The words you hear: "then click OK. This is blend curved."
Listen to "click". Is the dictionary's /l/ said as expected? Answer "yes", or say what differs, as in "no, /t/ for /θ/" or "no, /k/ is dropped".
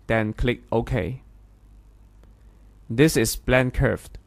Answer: yes